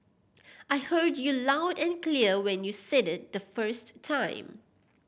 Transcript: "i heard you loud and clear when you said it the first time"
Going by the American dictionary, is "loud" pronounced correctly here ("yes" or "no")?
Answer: yes